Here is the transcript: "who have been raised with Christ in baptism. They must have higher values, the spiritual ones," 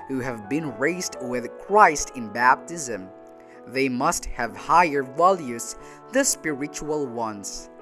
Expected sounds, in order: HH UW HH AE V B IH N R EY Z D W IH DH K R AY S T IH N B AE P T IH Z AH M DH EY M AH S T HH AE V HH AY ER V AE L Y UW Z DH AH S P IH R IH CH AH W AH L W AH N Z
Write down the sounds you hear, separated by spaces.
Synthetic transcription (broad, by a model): HH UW HH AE V B IH N R EY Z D W IH DH K R AY S T IH N B AE P T IH Z AH M DH EY M AH S T HH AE V HH AY ER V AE L Y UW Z DH AH S P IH R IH CH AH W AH L W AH N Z